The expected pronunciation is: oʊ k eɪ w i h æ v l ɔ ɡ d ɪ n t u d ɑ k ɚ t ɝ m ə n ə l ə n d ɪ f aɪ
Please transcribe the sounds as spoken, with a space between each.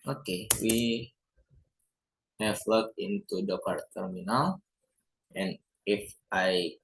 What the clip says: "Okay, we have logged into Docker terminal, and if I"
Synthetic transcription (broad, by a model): oʊ k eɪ w i h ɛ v l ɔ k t ɪ n t u d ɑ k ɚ t ɝ m ə n ə l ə n ɪ f aɪ